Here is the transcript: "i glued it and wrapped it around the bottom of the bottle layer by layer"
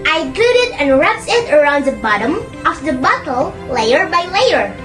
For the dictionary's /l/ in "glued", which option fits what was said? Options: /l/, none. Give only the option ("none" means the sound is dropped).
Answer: none